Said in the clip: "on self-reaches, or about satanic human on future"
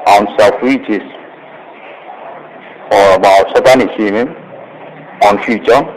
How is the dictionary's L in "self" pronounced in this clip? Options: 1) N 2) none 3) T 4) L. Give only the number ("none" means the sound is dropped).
2